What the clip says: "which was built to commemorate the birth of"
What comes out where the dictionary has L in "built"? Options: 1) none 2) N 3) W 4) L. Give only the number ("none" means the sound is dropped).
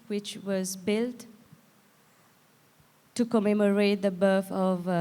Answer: 4